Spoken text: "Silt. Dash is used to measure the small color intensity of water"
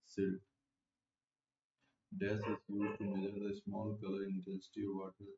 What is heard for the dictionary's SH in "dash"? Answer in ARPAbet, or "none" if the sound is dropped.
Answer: S